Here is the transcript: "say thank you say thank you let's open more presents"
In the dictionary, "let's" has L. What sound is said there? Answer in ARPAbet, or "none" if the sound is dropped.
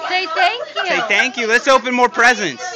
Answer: L